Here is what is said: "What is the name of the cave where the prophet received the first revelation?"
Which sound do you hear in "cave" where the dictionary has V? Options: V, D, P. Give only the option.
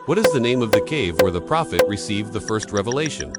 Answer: V